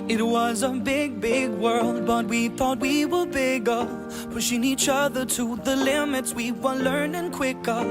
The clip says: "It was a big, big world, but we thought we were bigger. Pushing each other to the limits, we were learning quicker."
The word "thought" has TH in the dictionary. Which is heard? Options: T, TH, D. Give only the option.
TH